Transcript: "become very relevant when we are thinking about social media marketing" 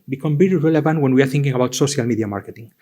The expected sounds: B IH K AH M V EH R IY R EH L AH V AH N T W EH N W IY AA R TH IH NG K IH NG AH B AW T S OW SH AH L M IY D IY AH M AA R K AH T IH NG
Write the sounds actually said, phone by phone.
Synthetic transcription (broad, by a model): B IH K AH M B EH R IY R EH L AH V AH N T W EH N W IY AA R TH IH NG K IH NG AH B AW T S OW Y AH L M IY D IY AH M AA R K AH T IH NG